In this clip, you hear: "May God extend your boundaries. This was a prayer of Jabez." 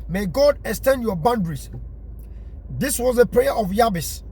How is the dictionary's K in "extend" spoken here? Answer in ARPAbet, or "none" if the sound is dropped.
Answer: K